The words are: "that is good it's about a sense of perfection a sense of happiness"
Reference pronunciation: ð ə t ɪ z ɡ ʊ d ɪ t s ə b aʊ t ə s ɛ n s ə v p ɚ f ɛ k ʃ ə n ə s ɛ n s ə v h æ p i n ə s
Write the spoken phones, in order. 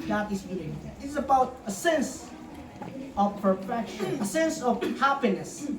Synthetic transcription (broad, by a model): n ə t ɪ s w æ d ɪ s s ə b aʊ t ə s ɛ n s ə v p ɚ f ɛ k ʃ ə n ə s ɛ n s ə v h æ p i n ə s